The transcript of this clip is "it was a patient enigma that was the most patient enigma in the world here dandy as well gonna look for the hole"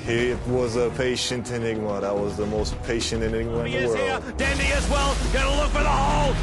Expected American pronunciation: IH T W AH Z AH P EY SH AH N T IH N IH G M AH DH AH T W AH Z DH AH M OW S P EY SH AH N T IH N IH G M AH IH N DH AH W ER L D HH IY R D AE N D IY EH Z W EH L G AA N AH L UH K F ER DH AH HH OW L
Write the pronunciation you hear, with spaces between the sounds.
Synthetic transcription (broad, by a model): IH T W AH Z AH P EY SH AH N T IH N IH G M AH DH AH T W AH Z DH AH M OW S P EY SH AH N T IH N IH G M AH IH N DH AH W ER L D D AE N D IY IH Z W EH L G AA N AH L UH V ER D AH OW L